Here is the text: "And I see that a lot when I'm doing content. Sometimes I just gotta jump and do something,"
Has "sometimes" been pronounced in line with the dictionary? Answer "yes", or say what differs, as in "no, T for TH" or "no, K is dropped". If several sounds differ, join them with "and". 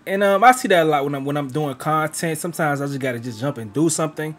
yes